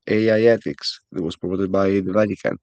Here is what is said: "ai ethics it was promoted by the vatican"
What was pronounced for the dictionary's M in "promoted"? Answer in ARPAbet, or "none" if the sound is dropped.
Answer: none